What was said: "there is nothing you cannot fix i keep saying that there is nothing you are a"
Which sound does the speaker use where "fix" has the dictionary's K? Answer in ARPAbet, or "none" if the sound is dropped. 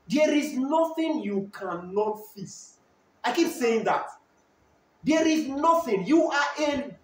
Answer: none